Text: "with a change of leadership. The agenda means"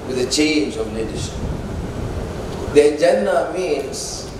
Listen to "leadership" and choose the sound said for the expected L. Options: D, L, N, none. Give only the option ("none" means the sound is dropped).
N